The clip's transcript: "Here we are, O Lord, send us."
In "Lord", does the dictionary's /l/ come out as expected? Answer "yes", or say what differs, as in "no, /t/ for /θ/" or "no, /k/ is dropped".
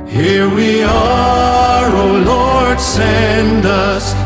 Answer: yes